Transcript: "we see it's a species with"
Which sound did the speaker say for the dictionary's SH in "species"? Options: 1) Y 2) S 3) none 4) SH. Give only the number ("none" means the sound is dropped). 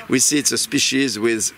4